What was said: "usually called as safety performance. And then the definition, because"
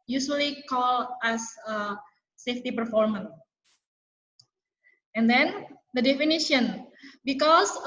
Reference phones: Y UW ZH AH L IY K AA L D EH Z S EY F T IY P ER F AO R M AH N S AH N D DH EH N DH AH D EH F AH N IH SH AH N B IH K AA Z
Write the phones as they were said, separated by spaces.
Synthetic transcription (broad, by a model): Y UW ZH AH L IY K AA L EH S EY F T IY P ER F AO R M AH N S AH N D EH N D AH D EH F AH N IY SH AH N B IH K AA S